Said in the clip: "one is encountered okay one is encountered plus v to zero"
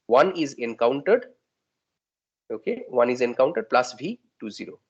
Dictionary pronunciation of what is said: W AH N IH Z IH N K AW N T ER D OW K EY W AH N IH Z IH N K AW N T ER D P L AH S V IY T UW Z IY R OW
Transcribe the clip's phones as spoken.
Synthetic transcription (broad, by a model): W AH N IH Z IH N K AW N T ER D OW K EY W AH N IH Z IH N K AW N T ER D P L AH S B IY T UW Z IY R OW